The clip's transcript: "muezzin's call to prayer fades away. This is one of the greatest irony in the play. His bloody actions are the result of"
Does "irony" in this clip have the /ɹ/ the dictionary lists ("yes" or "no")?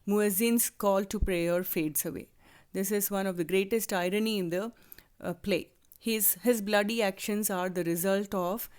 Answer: yes